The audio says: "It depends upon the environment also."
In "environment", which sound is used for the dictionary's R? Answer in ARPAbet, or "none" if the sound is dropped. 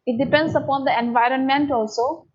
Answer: R